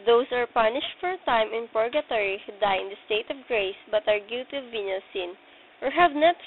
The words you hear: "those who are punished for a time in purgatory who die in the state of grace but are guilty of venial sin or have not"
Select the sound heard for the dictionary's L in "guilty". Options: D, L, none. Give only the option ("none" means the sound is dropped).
none